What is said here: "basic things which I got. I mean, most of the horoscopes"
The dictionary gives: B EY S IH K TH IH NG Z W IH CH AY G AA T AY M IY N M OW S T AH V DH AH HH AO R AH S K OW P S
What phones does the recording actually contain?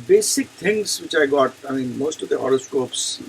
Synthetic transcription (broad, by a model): B EY S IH K T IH NG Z W IH CH AY G AA T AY M IY N M OW S T AH V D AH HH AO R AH S K OW P S